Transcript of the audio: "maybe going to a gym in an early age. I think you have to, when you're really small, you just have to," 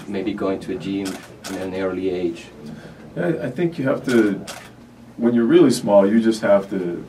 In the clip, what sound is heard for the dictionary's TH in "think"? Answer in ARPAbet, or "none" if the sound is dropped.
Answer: TH